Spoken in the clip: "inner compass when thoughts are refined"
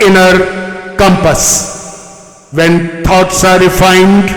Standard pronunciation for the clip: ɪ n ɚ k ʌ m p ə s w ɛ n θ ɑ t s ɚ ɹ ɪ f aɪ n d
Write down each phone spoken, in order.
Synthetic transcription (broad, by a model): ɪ n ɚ k ʌ m p ə s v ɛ n t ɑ t s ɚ ɹ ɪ f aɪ n d